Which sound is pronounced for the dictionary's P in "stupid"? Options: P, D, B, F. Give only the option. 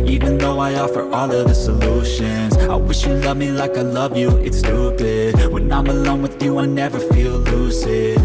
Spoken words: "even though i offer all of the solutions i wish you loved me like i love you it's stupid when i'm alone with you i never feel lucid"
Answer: B